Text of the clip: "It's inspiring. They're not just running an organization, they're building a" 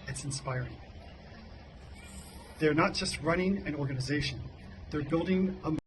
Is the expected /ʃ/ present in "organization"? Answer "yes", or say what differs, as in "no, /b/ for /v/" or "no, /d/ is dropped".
yes